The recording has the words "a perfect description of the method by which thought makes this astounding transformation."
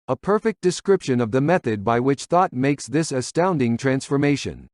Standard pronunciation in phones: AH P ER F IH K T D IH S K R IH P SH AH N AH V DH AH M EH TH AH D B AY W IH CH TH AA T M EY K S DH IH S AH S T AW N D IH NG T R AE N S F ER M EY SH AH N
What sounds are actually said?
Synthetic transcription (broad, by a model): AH P ER F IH K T D IH S K R IH P SH AH N AH V DH AH M EH TH AH D B AY W IH CH TH AA T M EY K S DH IH S AH S T AW N D IH NG T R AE N S F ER M EY SH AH N